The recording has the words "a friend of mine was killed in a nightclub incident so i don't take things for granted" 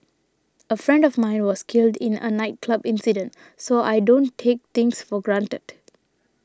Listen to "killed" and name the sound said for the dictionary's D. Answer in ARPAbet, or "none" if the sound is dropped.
D